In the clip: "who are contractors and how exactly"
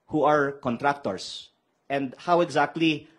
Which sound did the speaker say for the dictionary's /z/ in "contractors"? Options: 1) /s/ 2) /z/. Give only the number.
1